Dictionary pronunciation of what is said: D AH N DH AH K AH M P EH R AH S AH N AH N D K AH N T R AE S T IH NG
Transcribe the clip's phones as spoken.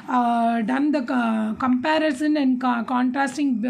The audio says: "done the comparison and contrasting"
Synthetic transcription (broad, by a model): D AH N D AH K AH M P EH R AH S AH N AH N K K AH N T R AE S T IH NG